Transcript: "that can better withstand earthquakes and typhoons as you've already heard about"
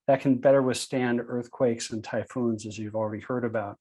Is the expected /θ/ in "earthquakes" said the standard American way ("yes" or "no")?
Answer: yes